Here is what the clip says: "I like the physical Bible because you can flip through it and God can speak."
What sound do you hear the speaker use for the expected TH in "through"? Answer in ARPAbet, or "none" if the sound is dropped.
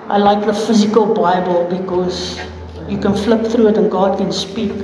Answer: TH